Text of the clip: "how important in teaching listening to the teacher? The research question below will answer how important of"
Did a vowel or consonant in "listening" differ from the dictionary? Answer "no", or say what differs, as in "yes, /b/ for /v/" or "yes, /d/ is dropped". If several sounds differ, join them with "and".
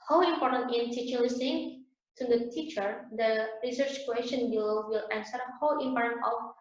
yes, /n/ is dropped